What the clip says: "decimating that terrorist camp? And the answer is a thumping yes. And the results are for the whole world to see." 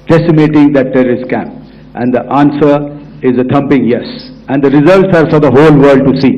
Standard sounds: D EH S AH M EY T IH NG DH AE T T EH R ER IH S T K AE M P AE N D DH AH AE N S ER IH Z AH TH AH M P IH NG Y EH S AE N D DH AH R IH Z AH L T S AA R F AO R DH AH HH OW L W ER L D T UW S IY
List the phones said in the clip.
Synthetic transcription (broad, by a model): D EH S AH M EY T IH NG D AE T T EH R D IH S K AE M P AE N D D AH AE N S ER IH Z AH T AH M P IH NG Y EH S AE N D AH R IH Z AH L T S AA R F AO R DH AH HH OW L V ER D T UW S IY